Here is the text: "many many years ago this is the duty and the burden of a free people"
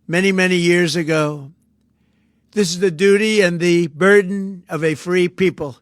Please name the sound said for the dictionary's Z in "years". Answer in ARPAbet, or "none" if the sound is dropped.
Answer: Z